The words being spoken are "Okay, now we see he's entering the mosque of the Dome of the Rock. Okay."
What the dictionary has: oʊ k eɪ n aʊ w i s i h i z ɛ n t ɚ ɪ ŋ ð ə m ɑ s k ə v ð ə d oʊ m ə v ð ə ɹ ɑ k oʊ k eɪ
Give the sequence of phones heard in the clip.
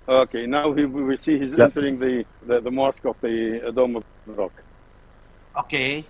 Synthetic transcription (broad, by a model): oʊ k eɪ n aʊ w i s i h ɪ z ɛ n t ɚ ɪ ŋ ð ə m ɑ s k ə v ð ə d oʊ m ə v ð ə ɹ ɑ k oʊ k eɪ